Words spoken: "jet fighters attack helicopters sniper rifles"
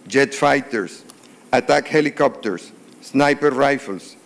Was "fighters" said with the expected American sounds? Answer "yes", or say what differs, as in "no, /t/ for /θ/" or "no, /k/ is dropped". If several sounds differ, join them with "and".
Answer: no, /s/ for /z/